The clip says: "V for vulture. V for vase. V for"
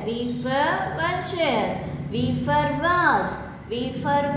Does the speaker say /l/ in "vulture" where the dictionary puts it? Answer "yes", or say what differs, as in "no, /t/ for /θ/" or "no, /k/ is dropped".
no, /l/ is dropped